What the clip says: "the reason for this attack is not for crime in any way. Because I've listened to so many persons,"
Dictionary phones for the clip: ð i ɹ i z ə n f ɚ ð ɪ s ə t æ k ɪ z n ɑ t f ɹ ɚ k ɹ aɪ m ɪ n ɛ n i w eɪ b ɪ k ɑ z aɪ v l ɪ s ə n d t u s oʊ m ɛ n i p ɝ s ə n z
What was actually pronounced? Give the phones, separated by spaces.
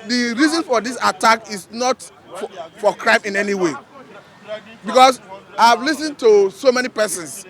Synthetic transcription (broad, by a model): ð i ɹ i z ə n f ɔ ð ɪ s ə t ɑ k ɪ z n ɑ t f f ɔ k ɹ aɪ m ɪ n ɛ n i w eɪ b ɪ k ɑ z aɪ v l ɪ s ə n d t u s oʊ m ɛ n i p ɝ s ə n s